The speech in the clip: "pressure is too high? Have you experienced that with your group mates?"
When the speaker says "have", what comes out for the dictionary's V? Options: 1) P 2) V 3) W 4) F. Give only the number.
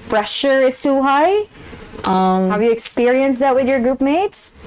2